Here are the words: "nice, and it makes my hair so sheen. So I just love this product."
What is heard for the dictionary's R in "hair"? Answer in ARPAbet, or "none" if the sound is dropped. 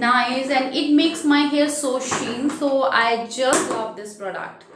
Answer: L